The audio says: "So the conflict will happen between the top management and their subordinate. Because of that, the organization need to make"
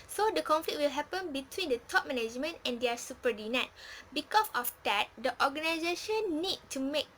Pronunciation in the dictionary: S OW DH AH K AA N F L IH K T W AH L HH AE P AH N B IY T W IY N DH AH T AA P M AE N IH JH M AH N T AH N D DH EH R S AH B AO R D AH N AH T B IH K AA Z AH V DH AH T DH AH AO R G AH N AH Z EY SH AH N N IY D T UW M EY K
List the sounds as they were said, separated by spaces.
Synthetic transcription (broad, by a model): S OW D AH K AA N F L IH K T W AH L HH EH P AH N B IY T W IY N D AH T AA P M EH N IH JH M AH N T AH N D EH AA S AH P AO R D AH N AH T B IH K AA S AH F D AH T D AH AO G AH N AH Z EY SH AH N N IY D T UW M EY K